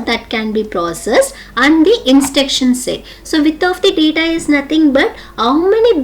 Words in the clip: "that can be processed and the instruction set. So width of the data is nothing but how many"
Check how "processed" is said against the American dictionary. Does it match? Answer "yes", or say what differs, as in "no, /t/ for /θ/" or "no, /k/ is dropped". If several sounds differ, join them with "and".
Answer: no, /t/ is dropped